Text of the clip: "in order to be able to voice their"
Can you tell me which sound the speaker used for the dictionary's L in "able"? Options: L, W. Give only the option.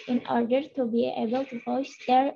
L